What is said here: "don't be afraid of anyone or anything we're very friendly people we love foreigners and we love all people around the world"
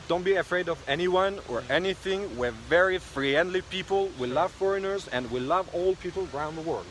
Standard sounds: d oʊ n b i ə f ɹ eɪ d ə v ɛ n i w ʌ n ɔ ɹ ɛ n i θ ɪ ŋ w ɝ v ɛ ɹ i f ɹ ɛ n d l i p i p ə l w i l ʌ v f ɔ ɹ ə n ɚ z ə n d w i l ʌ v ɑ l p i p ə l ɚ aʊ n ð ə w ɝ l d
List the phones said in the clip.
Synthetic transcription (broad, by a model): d oʊ n b i ə f ɹ eɪ d ə v ɛ n i w ʌ n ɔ ɹ ɛ n i θ ɪ ŋ w ɝ v ɛ ɹ i f ɹ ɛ n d l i p i p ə l w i l ʌ v f ɔ ɹ ə n ɚ z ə n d w i l ʌ v ɑ l p i p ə l ɚ aʊ n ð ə w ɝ l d